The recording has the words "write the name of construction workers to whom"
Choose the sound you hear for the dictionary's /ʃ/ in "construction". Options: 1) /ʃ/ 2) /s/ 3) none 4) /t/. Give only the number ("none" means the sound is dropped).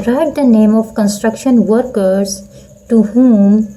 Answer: 1